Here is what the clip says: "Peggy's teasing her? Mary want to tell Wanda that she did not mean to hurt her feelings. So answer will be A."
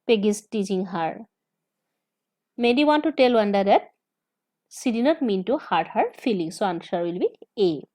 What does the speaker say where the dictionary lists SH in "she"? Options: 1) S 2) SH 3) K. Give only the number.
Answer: 1